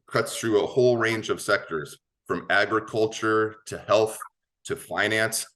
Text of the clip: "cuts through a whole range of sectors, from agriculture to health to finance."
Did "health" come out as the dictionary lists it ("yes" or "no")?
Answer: yes